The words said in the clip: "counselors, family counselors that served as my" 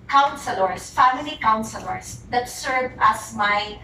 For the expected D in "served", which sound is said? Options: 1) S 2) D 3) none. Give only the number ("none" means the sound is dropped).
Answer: 3